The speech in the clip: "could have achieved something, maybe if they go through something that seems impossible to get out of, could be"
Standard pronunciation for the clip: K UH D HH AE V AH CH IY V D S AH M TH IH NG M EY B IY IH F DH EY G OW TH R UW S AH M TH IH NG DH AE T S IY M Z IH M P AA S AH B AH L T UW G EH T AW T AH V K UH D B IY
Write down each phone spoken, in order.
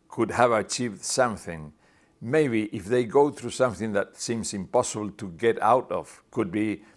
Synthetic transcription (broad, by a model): K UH D HH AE V AH CH IY V D S AH M TH IH NG M EY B IY IH F DH EY G OW TH R UW S AH M TH IH NG DH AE T S IY M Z IH M P AA S AH B AH L T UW G EH T AW T AH V K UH D B IY